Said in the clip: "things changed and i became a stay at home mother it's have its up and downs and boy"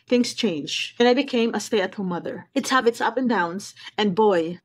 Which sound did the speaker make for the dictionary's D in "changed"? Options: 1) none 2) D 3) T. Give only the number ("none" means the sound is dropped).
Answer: 1